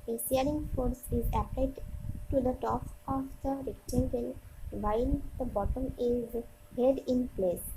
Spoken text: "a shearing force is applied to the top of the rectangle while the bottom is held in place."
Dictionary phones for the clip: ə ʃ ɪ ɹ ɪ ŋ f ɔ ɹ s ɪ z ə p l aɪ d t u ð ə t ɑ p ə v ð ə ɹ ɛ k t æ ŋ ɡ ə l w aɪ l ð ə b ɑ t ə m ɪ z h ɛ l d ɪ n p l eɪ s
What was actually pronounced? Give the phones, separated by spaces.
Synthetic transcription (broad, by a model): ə s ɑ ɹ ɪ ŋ f ɔ ɹ s ɪ z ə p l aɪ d t u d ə t ɑ p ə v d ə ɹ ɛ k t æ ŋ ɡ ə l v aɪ l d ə b ɑ t ə m ɪ z h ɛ d ɪ n p l eɪ s